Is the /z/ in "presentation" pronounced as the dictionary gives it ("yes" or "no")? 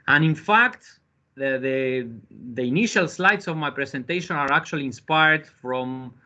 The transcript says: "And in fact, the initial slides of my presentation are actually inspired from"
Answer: no